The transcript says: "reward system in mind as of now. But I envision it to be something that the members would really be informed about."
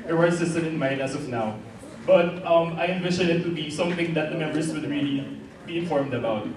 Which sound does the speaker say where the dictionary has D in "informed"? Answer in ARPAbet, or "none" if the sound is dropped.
D